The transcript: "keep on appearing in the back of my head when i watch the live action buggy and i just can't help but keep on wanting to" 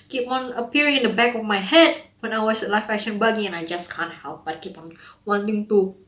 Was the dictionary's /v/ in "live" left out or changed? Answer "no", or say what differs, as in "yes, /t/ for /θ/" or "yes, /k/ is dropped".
yes, /f/ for /v/